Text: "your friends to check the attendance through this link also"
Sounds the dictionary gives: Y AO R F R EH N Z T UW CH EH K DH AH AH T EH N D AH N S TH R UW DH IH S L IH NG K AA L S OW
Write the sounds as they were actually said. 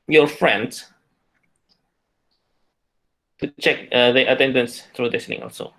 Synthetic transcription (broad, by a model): Y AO F R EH N S T UW CH EH K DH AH AH T EH N D AH N S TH R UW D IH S N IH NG AA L S OW